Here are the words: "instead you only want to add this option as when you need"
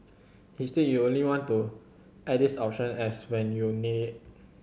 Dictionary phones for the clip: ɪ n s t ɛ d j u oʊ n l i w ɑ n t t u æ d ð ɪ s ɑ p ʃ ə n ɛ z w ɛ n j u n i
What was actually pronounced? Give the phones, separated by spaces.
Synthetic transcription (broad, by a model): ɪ s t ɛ j u oʊ n l i w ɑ n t t u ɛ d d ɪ s ɑ p ʃ ə n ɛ s w ɛ n j u n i